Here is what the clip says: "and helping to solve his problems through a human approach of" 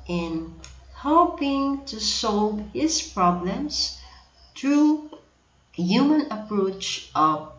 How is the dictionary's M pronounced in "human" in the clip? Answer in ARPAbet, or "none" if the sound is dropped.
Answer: M